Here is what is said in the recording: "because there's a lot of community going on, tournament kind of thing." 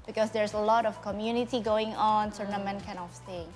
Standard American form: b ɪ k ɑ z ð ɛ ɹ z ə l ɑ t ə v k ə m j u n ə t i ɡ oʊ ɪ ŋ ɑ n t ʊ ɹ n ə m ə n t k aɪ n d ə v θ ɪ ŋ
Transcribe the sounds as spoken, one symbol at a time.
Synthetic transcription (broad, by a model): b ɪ k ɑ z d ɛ ɹ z ə l ɑ t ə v k ə m j u n ə t i ɡ oʊ ɪ ŋ ɑ n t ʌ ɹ n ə m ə n k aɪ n ə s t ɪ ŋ